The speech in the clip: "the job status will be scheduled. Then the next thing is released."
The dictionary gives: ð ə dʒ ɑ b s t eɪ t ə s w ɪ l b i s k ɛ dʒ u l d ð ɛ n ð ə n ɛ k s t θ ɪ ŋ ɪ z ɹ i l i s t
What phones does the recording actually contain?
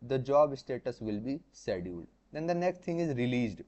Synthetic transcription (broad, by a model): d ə dʒ ɑ b s t eɪ t ə s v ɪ l b i s ɛ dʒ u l d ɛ n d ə n ɛ k s t t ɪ ŋ ɪ z ɹ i l i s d